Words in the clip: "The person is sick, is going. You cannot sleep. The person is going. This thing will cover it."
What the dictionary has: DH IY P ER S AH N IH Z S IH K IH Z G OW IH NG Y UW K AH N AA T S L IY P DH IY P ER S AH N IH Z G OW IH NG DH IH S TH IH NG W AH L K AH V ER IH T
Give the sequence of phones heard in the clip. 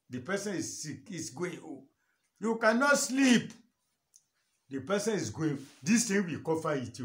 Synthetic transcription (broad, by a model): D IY P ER S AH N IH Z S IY K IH S G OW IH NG Y UW K AH N AA T S L IY P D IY P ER S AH N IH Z G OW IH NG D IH S T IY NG W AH K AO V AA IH T